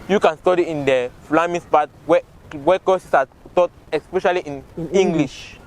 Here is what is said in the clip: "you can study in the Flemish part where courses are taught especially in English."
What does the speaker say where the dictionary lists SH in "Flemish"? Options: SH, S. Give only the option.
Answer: S